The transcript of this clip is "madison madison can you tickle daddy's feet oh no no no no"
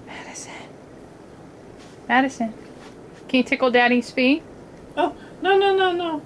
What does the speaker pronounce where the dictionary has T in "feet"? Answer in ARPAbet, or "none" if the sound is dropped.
none